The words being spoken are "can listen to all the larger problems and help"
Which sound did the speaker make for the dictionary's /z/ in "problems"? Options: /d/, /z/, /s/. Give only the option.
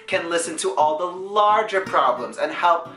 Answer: /z/